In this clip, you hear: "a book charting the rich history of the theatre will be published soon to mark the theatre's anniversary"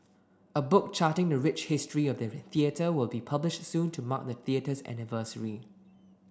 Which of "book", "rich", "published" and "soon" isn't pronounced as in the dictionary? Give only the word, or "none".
none